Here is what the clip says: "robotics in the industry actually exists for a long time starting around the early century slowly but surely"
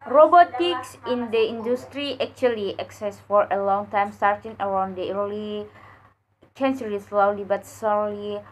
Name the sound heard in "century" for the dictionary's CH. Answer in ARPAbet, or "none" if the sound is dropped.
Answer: S